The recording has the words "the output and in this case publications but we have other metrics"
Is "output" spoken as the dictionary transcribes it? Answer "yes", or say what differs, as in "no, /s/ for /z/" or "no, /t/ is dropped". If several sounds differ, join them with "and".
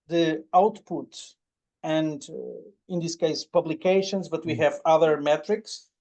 yes